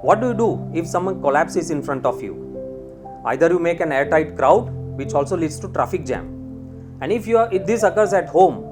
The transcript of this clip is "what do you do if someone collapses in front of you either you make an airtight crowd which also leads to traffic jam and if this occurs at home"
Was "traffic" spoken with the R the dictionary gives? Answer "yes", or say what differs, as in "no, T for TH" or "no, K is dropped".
yes